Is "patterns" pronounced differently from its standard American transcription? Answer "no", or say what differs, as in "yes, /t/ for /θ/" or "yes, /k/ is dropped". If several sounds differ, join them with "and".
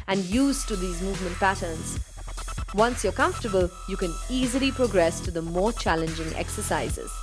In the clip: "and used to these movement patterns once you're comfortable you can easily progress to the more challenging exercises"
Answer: no